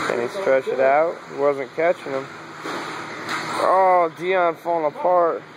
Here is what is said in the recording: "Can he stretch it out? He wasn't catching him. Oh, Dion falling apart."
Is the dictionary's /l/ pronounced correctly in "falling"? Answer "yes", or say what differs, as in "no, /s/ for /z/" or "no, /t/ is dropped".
no, /l/ is dropped